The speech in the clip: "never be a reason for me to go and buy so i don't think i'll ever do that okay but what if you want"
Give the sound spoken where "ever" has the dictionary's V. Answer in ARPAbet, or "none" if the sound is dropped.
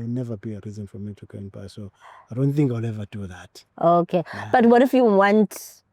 V